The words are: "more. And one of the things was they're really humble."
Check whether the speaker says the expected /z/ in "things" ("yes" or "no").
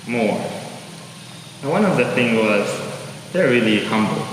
no